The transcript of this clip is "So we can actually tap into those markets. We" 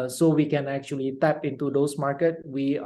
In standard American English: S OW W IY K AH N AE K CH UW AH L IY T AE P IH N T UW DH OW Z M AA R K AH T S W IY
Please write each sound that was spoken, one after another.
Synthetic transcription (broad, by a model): S OW W IY K AH N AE K CH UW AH L IY T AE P IH N T UW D OW S M AA R K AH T W IY